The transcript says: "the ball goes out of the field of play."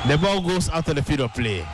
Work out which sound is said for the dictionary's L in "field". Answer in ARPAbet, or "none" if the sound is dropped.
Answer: none